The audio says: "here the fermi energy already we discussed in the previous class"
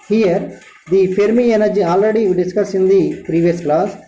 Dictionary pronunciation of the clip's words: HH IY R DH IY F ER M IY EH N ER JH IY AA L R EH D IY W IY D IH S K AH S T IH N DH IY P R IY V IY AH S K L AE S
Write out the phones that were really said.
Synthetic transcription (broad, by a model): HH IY R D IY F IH M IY EH N ER JH IY AA L R EH D IY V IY D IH S K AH S IH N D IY P R IY V IY AH S K L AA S